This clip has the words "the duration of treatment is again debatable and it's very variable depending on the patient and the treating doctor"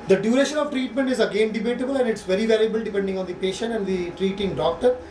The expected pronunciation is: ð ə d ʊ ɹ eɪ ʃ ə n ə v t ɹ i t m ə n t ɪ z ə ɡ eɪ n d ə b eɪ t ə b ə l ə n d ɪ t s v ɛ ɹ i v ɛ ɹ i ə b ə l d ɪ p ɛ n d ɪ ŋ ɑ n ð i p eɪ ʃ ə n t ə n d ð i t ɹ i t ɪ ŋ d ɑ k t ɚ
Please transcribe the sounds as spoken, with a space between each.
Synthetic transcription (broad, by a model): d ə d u ɹ eɪ ʃ ə n ə v t ɹ i t m ə n t ɪ z ə ɡ eɪ n d ə b eɪ t ə b ə l ə n d ɪ t s v ɛ ɹ i v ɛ l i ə b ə l d ɪ p ɛ n d ɪ ŋ ɑ n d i p eɪ ʃ ə n t ə n d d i t ɹ i t ɪ ŋ d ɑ k t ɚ